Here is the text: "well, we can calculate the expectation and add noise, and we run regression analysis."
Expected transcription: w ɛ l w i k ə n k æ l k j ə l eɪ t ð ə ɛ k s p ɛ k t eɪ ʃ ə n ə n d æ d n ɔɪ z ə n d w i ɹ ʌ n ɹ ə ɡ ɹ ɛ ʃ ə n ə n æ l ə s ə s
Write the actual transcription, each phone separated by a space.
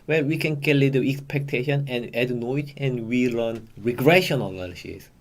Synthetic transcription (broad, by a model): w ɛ l w i k ə n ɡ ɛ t l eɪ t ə ɛ k s p ɛ k t eɪ ʃ ə n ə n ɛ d n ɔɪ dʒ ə n w i l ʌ n ɹ ə ɡ ɹ ɛ ʃ ə n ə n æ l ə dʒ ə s